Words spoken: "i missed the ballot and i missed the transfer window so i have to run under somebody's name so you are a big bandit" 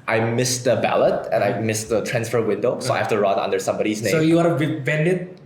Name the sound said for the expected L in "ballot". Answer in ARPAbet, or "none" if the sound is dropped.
L